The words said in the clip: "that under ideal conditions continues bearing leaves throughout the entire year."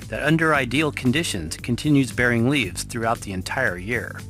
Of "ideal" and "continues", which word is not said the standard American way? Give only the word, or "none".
none